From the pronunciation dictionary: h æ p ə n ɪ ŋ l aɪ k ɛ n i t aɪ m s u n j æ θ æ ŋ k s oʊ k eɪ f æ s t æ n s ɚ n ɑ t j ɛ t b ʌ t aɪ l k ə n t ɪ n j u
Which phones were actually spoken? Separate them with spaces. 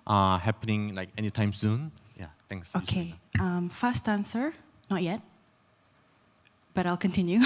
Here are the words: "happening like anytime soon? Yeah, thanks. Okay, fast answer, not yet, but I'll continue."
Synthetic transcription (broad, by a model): h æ p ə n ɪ ŋ l aɪ k ɛ n i t aɪ m s u n j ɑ t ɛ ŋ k s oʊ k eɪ f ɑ s t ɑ n s ɚ n ɑ t j ɛ t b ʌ t aɪ l k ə n t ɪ n j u